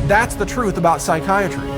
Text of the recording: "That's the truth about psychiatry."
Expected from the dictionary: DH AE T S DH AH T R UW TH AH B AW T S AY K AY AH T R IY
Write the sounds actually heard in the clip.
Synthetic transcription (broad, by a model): DH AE T S DH AH T R UW TH AH B AW T S AY K AY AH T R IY